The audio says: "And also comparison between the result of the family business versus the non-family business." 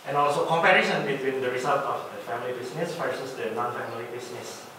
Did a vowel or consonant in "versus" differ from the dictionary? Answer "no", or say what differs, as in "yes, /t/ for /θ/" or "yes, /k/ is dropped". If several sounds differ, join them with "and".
yes, /f/ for /v/